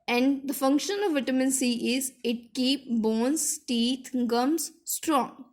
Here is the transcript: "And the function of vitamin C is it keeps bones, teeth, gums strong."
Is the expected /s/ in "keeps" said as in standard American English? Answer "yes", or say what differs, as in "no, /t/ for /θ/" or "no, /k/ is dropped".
no, /s/ is dropped